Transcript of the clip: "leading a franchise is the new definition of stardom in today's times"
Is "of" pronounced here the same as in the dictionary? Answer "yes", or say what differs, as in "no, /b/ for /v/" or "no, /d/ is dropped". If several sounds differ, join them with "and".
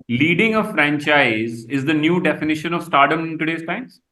yes